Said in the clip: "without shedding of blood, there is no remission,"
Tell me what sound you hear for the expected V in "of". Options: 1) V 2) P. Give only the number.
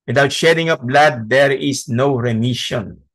2